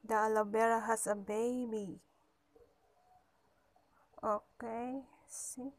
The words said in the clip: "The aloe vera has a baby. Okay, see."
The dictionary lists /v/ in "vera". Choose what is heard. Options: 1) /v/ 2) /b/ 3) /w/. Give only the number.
2